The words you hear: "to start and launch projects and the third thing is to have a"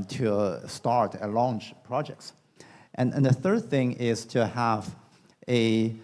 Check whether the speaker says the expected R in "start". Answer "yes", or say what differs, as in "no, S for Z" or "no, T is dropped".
yes